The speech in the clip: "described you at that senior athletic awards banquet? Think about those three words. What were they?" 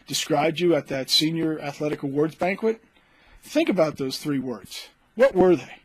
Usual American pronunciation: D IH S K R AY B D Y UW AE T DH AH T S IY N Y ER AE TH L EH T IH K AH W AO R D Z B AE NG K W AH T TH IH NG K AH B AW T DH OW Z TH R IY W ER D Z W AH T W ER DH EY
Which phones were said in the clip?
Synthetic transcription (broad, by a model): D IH S K R AY B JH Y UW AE T DH AH T S IY N Y ER AE TH L EH T IH K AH W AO R D Z B AE NG K W AH T TH IH NG K AH B AW T DH OW Z TH R IY W ER D Z W AH T W ER DH EY